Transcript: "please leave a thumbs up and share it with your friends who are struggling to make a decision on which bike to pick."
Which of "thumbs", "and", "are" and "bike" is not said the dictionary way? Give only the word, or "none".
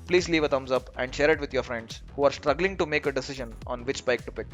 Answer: thumbs